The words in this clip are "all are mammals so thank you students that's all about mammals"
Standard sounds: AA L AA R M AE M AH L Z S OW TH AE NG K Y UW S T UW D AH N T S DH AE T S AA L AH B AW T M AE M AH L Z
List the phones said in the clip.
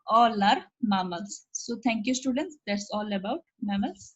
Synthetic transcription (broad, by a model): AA L AA R M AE M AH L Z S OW T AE NG K Y UW S T UW D AH N T S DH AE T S AA L AH B AW T M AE M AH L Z